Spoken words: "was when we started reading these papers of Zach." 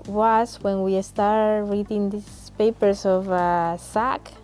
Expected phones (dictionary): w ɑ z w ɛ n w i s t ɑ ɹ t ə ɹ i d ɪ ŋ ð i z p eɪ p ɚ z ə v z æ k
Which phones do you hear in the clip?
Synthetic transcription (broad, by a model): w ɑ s w ɛ n w i s t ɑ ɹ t ɹ i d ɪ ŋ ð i s p eɪ p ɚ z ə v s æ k